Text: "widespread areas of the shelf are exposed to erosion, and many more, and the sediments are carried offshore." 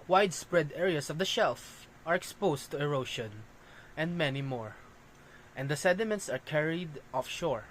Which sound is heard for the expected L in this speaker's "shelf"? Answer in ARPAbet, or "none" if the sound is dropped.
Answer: L